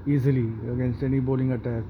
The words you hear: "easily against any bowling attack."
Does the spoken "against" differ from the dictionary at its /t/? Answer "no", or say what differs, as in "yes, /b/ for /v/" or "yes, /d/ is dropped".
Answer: no